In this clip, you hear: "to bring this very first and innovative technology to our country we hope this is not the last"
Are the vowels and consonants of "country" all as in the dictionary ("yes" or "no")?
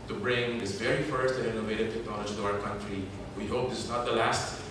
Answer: yes